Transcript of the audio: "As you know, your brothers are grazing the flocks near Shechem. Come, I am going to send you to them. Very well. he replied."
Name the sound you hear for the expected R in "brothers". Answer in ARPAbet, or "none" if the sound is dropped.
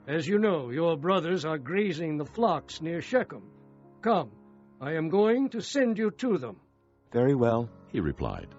R